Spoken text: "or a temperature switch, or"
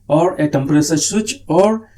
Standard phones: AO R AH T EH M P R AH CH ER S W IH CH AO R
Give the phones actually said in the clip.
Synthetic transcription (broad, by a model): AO R AH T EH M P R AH S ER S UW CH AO R